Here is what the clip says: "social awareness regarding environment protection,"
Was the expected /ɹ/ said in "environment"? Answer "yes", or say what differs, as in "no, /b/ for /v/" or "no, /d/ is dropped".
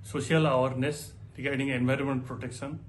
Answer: yes